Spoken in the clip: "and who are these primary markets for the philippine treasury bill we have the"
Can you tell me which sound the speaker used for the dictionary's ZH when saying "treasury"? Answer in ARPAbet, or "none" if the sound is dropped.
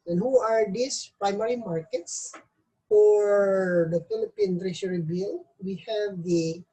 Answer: SH